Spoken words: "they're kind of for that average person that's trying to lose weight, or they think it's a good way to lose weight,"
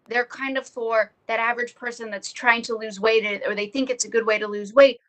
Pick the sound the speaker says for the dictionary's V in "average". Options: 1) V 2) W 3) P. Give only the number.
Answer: 1